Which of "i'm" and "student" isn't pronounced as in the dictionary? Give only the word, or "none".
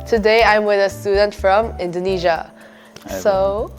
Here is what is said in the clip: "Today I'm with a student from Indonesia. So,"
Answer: none